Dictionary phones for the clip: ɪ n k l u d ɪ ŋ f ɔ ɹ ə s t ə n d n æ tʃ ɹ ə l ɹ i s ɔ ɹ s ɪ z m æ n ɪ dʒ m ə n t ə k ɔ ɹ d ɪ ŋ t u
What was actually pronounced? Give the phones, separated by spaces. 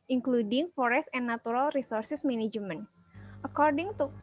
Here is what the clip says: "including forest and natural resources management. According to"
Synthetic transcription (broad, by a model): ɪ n k l u d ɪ ŋ f ɔ ɹ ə s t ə n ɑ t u ɹ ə l ɹ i s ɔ ɹ s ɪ s m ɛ n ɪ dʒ m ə n t ə k ɔ ɹ d ɪ ŋ t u